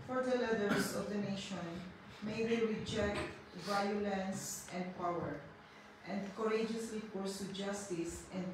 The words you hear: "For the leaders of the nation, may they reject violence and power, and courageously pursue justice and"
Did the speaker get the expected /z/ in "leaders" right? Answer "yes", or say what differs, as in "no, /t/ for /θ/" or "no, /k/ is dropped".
no, /s/ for /z/